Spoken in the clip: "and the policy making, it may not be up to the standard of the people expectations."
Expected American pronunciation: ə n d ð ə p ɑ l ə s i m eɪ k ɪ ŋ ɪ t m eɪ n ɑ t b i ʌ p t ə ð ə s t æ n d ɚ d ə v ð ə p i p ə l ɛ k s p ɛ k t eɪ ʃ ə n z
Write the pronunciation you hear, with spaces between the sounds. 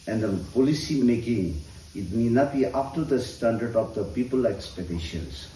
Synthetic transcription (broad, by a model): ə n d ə p ɑ l ə s i m eɪ k ɪ ŋ ɪ t m eɪ n ɑ t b i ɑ f t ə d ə s t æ n d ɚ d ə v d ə p i p ə l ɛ k s p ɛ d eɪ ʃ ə n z